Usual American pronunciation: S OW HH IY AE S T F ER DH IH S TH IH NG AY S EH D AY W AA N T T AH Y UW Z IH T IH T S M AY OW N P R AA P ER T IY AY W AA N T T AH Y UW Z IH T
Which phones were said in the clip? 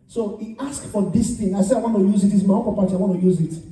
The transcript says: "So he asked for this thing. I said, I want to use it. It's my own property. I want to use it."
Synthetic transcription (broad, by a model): S OW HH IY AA S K F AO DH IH S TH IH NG AY S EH AY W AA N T T AH Y UW Z IH T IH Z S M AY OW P AA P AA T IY AY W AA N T T AH Y UW Z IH T